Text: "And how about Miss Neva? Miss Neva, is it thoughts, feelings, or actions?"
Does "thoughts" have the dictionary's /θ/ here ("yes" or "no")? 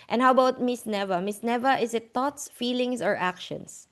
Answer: no